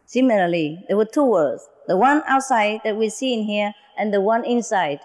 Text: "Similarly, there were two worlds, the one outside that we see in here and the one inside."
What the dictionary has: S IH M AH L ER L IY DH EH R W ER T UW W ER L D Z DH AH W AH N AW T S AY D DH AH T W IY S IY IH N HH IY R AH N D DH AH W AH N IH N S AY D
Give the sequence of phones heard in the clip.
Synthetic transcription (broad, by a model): S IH M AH L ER L IY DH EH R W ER T UW W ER D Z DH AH W AH N AW T S AY D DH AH T W IY S IY IH N HH IY R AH N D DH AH W AH N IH N S AY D